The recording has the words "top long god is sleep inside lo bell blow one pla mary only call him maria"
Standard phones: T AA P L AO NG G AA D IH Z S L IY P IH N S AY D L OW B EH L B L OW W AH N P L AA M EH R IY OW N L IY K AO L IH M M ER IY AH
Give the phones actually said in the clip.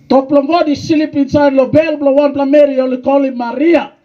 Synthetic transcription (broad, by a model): T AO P L AO NG G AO D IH S L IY P IH N S AY D L OW B EH L B L OW W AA N P L AA M EH R IY OW L IY K AO L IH M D IY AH